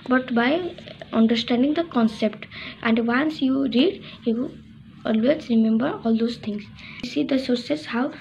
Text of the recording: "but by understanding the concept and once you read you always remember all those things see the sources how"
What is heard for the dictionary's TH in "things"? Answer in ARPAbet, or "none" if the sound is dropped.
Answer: T